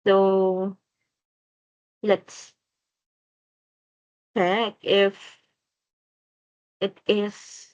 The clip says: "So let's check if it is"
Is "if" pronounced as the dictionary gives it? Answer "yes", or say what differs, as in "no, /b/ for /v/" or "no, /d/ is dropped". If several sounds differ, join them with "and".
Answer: yes